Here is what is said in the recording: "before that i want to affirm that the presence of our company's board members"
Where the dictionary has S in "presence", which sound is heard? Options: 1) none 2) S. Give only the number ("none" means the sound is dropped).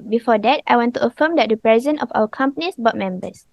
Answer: 1